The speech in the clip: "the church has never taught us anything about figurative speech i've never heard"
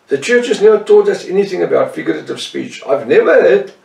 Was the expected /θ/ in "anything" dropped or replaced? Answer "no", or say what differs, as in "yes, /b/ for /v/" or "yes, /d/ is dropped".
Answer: no